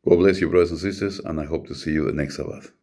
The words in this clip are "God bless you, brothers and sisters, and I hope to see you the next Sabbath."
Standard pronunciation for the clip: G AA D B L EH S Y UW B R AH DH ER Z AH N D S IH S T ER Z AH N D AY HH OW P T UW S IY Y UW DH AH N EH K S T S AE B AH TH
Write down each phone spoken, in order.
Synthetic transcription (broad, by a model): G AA B L EH S Y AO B R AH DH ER S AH N S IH S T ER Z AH N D AY HH OW P T UW S IY Y UW DH AH N EH K S T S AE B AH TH